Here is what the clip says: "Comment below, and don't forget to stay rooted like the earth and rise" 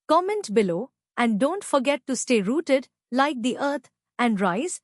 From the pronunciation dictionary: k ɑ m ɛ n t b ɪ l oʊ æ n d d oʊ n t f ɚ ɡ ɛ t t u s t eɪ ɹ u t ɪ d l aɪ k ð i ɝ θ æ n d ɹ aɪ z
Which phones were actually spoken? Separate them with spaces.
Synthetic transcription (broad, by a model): k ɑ m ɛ n t b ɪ l oʊ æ n d d oʊ n t f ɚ ɡ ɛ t t u s t eɪ ɹ u t ɪ d l aɪ k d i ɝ t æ n d ɹ aɪ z